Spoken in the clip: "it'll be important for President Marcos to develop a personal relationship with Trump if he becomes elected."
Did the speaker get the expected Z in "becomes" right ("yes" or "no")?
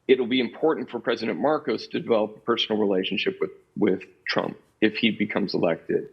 yes